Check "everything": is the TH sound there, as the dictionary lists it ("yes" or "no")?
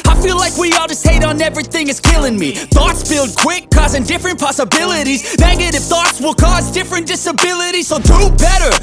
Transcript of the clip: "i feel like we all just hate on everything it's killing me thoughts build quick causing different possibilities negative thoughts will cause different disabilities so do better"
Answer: yes